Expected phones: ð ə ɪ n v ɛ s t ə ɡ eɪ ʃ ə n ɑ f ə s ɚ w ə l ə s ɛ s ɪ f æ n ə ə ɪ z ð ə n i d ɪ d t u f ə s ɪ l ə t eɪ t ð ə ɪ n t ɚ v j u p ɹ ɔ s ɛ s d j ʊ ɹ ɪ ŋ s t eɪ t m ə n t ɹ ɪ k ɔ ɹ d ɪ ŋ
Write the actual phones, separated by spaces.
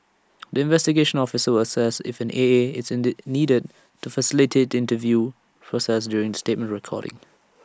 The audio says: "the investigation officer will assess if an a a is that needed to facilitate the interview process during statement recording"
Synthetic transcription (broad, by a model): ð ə ɪ n v ɛ s t ə ɡ eɪ ʃ ə n ɑ f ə s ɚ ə w ə s ɛ s ɪ f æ n ə ə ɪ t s n i d ɪ d t u f ə s ɪ l ə t eɪ t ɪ n t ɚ v j u p ɹ ɔ s ɛ s d j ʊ ɹ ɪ ŋ s t eɪ t m ə n t ɹ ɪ k ɔ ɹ d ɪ ŋ